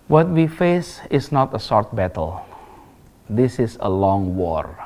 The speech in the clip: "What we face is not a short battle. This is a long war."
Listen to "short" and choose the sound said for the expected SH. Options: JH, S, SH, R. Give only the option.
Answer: S